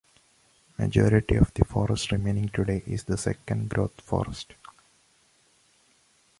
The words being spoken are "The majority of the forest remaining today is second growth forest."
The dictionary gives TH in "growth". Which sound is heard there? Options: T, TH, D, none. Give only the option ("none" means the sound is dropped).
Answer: T